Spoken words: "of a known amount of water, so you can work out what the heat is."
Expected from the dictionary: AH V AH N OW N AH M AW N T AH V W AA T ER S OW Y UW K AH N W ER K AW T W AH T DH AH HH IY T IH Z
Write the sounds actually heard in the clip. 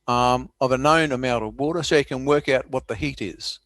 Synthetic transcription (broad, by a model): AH V AH N OW N AH M AW N T AH V W AA T ER S OW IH K AH N W ER K AW T W AH T DH AH HH IY T IH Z